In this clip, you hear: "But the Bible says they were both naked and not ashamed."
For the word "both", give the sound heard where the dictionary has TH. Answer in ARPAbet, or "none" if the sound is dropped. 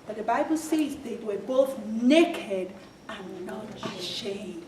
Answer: TH